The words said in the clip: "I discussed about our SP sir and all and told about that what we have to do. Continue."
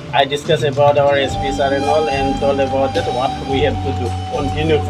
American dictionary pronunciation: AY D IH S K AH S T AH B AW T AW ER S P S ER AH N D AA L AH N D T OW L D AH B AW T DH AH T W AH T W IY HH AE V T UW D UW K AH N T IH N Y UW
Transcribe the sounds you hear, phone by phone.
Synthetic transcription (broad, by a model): AY D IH S K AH S AH B AW T AW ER S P S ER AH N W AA L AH N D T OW L AH B AW T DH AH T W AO T W IY HH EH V T UW D UW K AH N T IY N Y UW